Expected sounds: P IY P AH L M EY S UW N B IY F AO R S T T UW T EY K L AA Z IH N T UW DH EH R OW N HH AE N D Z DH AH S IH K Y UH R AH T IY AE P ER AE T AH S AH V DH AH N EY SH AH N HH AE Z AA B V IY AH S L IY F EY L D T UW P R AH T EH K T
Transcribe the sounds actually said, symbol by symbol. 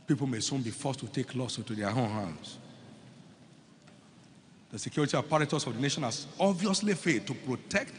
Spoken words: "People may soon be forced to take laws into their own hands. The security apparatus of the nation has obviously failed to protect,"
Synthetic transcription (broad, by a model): P IY P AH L M EY S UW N B IY F AO S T T UW T EY K L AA S IH N T UW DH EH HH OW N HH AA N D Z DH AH S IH K Y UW R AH T IY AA P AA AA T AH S AH V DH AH N EY SH AH N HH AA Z AA B V IY AH S L IY F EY D T UW P R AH T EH K T